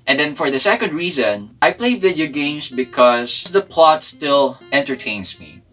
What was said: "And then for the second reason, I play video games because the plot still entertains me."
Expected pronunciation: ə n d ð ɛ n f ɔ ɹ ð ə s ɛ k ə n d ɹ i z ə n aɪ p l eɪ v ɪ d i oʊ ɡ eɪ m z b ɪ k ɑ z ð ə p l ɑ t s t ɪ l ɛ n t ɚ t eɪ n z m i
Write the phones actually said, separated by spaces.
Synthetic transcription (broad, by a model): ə n d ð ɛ n f ɔ ɹ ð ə s ɛ k ə n d ɹ i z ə n aɪ p l eɪ v ɪ d i oʊ ɡ eɪ m s b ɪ k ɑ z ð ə p l ɑ t s t ɪ l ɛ n t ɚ t eɪ n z m i